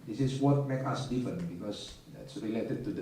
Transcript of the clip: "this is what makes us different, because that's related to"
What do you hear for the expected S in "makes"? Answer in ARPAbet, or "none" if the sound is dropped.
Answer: none